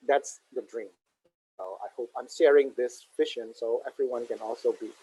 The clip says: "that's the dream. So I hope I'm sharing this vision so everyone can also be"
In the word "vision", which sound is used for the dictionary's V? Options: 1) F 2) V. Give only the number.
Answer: 1